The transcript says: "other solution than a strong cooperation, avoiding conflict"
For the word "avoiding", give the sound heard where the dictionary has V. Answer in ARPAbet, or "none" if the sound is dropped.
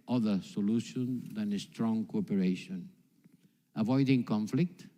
V